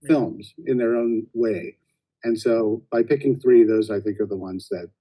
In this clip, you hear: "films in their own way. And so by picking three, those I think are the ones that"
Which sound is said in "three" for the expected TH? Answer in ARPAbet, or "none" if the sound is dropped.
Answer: TH